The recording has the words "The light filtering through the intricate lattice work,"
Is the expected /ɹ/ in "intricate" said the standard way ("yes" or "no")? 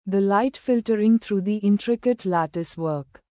yes